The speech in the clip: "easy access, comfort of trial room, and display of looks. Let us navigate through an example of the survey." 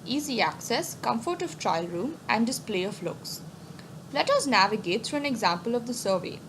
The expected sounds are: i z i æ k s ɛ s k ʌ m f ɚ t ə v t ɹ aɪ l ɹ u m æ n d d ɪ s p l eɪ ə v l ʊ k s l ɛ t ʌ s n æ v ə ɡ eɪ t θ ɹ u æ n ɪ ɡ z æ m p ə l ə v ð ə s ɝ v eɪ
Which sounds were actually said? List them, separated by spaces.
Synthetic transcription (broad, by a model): i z i æ k s ɛ s k ʌ m f ɚ t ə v t ɹ aɪ l ɹ u m æ n d d ɪ s p l eɪ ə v l ʊ k s l ɛ t ʌ s n æ v ə ɡ eɪ t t ɹ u æ n ɪ ɡ z æ m p ə l ə v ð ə s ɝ v eɪ